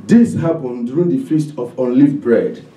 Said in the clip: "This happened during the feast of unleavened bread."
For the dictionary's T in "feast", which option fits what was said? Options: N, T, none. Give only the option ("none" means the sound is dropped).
T